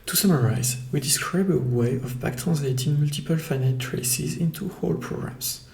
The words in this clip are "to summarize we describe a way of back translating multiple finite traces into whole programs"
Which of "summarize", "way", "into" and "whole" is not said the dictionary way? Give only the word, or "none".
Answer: none